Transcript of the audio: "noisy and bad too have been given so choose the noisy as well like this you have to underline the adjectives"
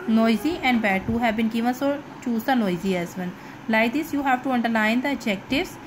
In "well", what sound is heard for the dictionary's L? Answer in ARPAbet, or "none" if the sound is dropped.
N